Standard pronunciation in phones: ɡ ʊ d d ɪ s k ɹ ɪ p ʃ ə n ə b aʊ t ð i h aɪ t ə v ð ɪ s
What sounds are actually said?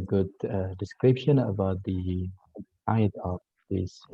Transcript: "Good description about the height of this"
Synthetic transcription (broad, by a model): ɡ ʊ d d ɪ s k ɹ ɪ p ʃ ə n ə b aʊ t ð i aɪ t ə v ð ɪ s